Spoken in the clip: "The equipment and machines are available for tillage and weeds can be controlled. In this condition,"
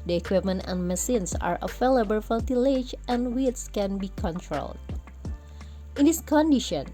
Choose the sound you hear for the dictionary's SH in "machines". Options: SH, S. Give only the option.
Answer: S